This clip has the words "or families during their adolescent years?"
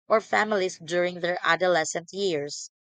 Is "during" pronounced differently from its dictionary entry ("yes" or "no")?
no